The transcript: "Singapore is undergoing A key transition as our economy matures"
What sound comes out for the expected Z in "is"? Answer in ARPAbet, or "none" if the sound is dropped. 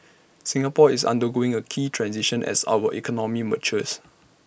S